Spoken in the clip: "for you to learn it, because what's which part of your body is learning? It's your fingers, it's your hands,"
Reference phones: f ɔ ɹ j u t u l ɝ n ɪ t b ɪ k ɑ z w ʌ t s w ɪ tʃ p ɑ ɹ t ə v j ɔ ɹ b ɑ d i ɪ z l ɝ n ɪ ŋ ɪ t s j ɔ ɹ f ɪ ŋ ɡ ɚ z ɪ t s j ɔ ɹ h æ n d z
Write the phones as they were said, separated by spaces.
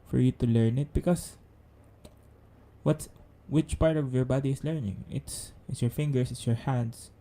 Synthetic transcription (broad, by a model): f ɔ ɹ j u t u l ɝ n ɪ t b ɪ k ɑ s w ʌ t s w ɪ tʃ p ɑ ɹ t ə v j ɔ ɹ b ɑ d i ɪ s l ɝ n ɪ ŋ ɪ t s j ɔ ɹ f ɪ ŋ ɡ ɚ s ɪ t s j ɔ ɹ h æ n d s